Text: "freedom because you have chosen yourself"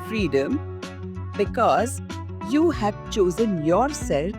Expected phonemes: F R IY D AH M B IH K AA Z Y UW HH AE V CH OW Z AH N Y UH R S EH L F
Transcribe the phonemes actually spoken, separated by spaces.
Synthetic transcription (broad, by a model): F R IY D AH M B IH K AA Z Y UW HH AE V CH OW Z AH N Y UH R S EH L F